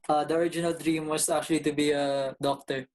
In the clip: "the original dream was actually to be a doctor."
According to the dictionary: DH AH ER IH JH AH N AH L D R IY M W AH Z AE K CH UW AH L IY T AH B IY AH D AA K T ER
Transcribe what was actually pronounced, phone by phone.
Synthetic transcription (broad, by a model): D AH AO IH JH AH N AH L D R IY M W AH S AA K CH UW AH L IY T AH B IY AH D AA K T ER